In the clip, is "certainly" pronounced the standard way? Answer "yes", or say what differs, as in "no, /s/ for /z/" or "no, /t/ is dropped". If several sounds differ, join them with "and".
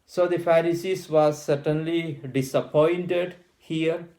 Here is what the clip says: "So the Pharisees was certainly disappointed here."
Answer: yes